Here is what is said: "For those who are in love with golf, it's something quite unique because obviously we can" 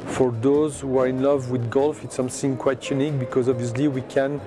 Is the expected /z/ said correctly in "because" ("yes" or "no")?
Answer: yes